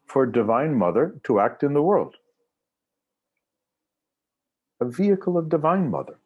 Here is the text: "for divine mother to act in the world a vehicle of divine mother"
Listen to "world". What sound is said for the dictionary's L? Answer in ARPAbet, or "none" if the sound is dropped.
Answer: L